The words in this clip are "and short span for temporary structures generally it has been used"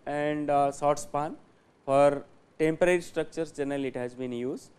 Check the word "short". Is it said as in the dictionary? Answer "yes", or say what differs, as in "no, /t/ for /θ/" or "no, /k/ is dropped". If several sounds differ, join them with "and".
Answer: no, /s/ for /ʃ/